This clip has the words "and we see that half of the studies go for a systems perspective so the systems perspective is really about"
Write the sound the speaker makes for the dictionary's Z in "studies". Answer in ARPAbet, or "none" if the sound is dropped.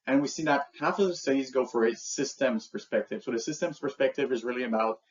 Z